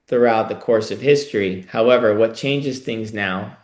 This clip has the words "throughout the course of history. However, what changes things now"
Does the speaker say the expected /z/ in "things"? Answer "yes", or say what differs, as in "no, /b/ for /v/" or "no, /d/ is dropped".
yes